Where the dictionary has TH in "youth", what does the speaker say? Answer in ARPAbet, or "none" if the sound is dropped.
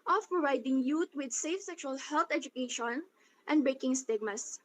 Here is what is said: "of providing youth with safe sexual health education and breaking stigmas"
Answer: T